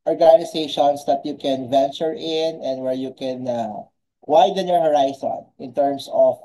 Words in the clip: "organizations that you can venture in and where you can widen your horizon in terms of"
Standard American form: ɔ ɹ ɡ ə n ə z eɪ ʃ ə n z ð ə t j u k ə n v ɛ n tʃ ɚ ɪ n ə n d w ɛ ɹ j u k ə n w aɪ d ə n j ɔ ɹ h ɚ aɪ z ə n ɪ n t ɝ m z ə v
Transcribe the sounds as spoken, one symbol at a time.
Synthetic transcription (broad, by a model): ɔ ɹ ɡ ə n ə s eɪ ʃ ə n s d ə t j u k ə n v ɛ n tʃ ɚ ɪ n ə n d w ɛ ɹ j u k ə n w aɪ d ə n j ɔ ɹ h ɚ aɪ s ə n ɪ n t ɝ m s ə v